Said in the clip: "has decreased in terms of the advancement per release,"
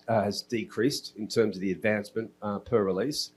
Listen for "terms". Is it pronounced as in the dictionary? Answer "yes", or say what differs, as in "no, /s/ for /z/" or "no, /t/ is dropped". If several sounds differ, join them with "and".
yes